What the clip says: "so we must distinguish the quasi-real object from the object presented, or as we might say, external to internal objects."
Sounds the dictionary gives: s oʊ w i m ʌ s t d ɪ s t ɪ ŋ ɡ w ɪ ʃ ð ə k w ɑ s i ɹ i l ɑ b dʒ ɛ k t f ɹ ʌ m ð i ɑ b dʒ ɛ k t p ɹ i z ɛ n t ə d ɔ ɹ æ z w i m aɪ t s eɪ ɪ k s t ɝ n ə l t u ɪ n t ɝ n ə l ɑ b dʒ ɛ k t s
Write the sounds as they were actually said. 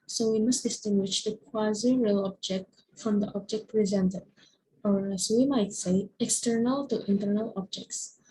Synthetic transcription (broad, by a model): s oʊ w i m ʌ s t d ɪ s t ɪ ŋ ɡ w ɪ ʃ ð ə k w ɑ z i ɹ i l ɑ b dʒ ɛ k t f ɹ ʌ m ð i ɑ b dʒ ɛ k t p ɹ i z ɛ n t ə d ɔ ɹ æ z w i m aɪ t s eɪ ɪ k s t ɝ n ə l t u ɪ n t ɝ n ə l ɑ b dʒ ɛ k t s